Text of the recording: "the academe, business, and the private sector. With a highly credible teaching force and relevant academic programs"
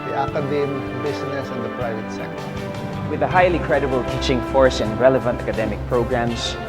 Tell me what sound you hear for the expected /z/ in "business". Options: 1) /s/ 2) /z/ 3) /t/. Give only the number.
1